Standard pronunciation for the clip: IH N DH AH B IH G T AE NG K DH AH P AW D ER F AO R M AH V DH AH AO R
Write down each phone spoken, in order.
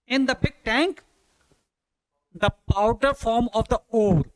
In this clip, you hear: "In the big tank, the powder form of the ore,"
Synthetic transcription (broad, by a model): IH N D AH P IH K T AE NG K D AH P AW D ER F AO R M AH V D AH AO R